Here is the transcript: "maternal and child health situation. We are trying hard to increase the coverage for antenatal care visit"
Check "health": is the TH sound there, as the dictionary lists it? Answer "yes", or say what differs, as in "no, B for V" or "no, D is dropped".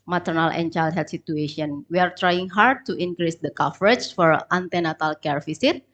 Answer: no, T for TH